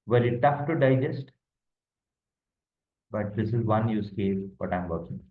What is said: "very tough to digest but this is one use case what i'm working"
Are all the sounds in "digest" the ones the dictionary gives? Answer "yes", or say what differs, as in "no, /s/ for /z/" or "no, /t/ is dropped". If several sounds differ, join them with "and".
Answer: yes